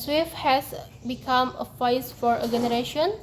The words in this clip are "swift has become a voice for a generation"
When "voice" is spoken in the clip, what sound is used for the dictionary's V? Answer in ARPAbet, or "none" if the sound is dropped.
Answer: F